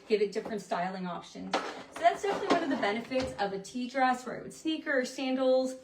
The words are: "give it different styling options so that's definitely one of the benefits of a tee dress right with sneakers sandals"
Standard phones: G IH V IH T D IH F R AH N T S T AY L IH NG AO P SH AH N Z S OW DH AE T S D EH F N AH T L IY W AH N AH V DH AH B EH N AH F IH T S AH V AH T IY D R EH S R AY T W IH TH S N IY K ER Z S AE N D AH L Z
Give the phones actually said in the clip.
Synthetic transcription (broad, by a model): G IH V IH T D IH F R AH N T S T AY L IH NG AO P SH AH N Z S OW DH AE T S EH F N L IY W AH N AH V DH AH B EH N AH F IH T S AH V AH T IY D R EH S W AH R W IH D S N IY K ER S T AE N D L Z